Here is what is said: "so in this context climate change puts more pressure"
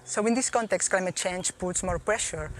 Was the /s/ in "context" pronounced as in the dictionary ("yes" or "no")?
yes